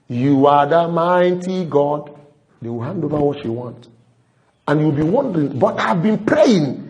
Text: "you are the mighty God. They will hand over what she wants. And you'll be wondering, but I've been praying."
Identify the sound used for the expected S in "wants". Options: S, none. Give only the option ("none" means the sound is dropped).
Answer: none